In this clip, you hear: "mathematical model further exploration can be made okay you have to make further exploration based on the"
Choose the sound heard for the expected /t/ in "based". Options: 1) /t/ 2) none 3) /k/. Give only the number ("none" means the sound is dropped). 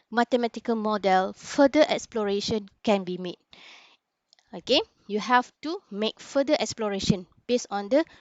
2